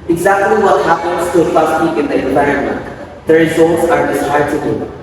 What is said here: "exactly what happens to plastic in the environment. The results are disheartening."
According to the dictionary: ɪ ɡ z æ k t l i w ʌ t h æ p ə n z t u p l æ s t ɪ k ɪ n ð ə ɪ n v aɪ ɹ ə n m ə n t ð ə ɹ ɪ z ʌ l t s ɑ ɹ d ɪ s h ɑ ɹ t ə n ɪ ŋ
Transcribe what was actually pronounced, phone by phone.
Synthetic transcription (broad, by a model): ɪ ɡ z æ k t l i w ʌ t h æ p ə n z t u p ɑ s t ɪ k ɪ n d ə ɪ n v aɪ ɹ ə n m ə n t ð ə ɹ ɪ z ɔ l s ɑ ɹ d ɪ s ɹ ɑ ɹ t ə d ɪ